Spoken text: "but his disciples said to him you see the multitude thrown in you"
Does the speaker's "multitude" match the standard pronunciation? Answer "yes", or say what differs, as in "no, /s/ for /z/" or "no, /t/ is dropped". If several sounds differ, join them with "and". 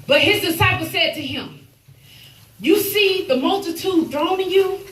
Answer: yes